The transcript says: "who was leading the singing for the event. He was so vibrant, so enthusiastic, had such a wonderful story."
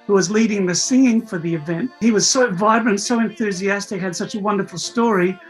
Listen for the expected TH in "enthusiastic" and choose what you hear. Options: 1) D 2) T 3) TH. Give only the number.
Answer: 3